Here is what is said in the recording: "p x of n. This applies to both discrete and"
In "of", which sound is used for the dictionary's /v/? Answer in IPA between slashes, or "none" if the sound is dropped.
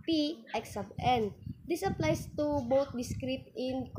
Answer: /b/